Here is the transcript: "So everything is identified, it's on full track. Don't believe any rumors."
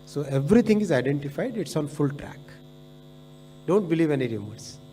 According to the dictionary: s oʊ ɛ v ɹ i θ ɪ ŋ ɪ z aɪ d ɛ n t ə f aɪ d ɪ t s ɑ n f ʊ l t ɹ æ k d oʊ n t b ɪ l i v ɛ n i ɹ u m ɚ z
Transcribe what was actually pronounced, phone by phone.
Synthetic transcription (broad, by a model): s oʊ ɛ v ɹ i t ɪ ŋ ɪ z aɪ d ɛ n t ə f aɪ d ɪ t s ɑ n f ʊ l t ɹ æ k d oʊ n t b ɪ l i v ɛ n i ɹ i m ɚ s